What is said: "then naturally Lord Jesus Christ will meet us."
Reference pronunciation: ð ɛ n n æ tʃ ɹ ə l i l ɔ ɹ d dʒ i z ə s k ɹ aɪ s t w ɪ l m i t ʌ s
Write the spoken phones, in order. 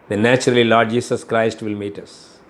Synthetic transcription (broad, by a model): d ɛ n n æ tʃ ɹ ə l i l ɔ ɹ d dʒ i s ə s k ɹ aɪ s t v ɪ l m i t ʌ s